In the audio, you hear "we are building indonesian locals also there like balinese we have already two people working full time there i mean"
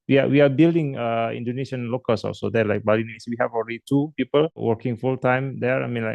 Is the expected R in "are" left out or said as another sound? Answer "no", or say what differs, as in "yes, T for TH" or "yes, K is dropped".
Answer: yes, W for R